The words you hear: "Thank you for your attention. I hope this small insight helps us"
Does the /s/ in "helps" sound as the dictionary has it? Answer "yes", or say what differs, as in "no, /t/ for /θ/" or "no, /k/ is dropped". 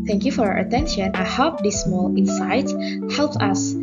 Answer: no, /s/ is dropped